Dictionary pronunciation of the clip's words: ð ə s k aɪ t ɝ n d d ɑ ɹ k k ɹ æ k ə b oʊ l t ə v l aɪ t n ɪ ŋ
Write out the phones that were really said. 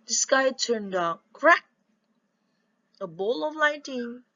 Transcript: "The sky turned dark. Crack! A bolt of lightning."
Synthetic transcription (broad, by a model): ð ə s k aɪ t ɝ n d d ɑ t k ɹ æ k ə b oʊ l ə v l aɪ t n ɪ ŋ